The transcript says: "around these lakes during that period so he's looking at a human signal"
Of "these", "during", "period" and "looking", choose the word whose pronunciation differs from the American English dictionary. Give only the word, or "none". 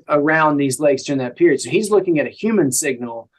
none